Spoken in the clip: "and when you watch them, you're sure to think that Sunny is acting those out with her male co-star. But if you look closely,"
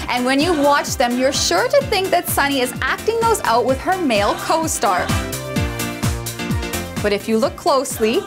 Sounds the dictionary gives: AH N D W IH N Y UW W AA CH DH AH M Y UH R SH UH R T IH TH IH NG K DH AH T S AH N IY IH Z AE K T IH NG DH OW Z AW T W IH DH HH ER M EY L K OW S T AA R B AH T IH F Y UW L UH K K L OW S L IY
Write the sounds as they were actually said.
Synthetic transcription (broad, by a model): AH N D W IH N Y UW W AA CH DH AH M Y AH R SH UH R T IH TH IH NG K DH AH T S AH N IY IH Z AE K T IH NG DH OW Z AW T W IH DH ER M EY L K OW S T AA R B AH T IH F Y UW L UH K K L OW S L IY